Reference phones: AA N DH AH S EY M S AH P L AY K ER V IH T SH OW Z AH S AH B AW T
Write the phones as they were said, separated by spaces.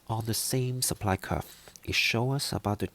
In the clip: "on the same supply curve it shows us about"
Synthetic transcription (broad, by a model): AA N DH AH S EY M S AH P L AY K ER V IH T SH OW AH S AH B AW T